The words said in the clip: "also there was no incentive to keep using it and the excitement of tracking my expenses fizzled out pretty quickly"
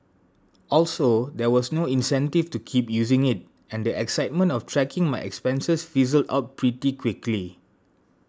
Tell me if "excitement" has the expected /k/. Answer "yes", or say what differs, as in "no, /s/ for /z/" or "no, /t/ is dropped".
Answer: yes